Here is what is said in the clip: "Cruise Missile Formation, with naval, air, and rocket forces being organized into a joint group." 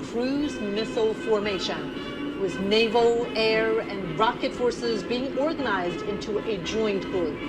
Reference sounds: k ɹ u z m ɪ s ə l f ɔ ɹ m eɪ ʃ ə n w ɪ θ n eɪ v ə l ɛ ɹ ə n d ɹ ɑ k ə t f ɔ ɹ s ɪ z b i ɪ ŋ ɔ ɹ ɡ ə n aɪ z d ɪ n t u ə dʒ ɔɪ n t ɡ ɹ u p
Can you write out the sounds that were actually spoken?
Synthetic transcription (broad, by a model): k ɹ u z m ɪ s l f ɔ ɹ m eɪ ʃ ə n w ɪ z n eɪ v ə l ɛ ɹ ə n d ɹ ɑ k ə t f ɔ ɹ s ɪ z b i ɪ ŋ ɔ ɹ ɡ ə n aɪ z d ɪ n t u ə dʒ ɔɪ n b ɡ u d